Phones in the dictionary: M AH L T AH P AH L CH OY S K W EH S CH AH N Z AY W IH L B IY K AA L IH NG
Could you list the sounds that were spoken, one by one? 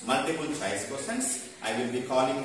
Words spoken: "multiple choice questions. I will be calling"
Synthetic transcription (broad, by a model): M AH L T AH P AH L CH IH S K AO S AH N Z AY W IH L B IY K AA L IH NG